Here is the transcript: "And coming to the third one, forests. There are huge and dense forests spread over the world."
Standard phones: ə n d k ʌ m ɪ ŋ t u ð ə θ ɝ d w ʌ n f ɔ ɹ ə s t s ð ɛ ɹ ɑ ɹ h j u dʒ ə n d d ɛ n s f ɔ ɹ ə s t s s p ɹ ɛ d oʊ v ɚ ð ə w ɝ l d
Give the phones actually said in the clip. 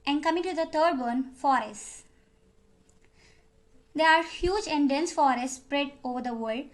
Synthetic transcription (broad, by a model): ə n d k ʌ m ɪ ŋ t u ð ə t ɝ d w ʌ n f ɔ ɹ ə s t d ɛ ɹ ɑ ɹ h j u dʒ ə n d d ɛ n s f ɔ ɹ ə s t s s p ɹ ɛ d oʊ v ɚ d ə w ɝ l d